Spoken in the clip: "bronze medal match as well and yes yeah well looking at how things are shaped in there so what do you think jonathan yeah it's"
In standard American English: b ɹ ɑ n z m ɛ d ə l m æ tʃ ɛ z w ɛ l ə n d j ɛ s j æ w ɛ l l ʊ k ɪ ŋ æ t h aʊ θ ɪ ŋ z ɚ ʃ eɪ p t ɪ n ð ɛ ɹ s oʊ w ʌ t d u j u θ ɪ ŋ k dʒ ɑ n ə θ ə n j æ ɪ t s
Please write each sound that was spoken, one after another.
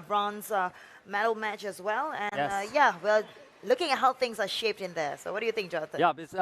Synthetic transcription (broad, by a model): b ɹ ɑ n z m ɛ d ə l m æ tʃ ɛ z w ɛ l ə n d j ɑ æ w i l l ʊ k ɪ ŋ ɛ t h aʊ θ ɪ ŋ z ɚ ʃ eɪ p t ɪ n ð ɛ s oʊ w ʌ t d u j u θ ɪ ŋ k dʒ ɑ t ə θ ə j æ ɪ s